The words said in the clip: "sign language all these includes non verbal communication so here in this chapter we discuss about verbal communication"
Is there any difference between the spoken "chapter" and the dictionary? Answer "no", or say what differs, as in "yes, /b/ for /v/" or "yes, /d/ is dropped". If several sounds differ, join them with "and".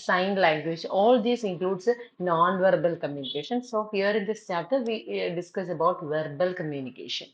yes, /p/ is dropped